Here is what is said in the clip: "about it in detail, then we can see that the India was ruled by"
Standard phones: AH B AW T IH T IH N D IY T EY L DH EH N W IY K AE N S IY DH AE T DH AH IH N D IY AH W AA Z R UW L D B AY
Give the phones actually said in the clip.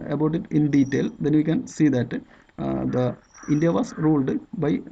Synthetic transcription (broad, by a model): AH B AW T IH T IH N D IY T EY L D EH N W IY K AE N S IY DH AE T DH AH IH N D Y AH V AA S R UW L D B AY